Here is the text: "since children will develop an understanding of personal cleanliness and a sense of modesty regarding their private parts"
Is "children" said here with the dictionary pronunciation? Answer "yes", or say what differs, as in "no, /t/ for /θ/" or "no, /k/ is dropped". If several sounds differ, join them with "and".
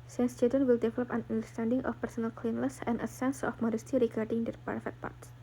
no, /l/ is dropped and /ɹ/ is dropped